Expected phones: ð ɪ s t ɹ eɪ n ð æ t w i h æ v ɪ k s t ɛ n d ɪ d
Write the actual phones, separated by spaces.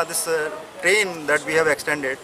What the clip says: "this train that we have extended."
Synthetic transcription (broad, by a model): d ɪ s t ɹ eɪ n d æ t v i h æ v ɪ k s t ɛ n d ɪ d